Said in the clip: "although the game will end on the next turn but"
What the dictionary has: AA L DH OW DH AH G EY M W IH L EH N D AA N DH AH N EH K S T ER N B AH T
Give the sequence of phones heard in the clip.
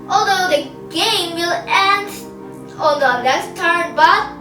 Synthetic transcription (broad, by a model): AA L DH OW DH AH G EY M W IH L EH N D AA L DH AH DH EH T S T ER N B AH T